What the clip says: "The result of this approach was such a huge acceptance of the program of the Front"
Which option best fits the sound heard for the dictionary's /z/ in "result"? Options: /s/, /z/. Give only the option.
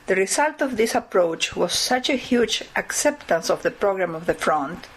/s/